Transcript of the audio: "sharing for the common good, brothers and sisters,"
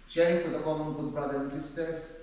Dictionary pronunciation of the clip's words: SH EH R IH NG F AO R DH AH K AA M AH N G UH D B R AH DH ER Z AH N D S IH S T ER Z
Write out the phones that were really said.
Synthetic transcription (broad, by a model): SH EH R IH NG F AO R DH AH K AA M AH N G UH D B R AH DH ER AH N S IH S T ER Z